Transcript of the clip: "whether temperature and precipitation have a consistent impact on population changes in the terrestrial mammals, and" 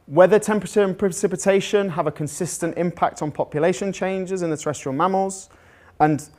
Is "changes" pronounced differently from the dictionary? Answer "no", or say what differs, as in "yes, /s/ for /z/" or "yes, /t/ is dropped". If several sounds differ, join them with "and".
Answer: no